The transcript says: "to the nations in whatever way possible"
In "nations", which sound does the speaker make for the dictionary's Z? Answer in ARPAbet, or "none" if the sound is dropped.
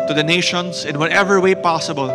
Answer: S